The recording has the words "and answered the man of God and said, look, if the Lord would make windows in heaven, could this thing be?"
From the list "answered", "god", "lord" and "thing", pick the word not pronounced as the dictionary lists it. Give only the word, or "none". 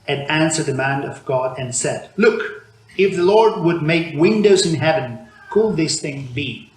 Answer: none